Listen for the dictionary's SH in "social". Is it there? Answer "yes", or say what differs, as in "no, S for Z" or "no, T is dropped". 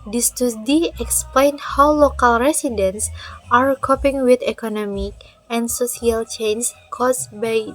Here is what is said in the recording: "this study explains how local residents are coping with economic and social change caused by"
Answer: no, S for SH